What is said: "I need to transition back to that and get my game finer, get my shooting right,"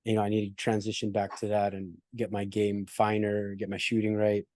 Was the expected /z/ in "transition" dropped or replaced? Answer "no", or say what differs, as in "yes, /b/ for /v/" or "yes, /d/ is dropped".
no